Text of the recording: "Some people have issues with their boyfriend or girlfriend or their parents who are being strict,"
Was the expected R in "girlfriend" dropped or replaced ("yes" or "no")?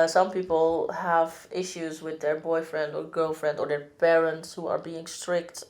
no